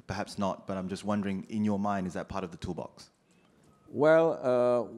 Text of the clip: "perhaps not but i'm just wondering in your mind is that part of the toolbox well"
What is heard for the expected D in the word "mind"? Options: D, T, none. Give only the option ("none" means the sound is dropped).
D